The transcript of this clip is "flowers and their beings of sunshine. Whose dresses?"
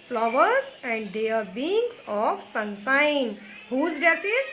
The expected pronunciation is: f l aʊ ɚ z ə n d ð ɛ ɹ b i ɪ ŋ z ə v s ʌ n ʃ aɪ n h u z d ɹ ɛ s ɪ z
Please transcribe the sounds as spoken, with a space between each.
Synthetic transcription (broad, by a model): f l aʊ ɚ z ə n d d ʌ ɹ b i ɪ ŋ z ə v s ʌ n s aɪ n h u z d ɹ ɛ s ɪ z